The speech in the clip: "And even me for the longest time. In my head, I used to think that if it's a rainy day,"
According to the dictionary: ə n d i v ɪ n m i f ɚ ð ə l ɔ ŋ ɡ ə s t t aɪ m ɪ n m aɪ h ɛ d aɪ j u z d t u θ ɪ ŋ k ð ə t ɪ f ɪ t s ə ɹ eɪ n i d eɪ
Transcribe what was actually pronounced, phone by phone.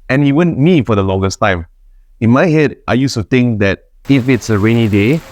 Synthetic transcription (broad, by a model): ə n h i w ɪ n m i f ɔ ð ə l ɔ ŋ ɡ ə s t t aɪ m ɪ n m aɪ h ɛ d aɪ j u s t u t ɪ ŋ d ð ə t ɪ f ɪ t s ə ɹ eɪ n i d eɪ